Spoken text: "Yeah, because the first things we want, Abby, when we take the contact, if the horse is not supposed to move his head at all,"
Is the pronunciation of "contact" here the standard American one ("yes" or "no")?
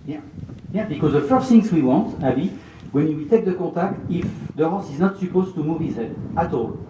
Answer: no